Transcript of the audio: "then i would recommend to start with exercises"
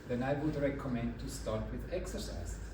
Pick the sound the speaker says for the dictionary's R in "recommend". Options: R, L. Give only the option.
R